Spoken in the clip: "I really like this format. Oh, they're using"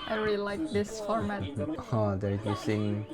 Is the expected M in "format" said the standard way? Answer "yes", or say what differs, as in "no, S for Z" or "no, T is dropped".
yes